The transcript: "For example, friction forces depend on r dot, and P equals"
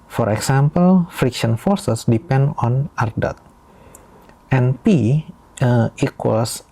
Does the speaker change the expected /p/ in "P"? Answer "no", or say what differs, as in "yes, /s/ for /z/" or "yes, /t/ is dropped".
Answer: no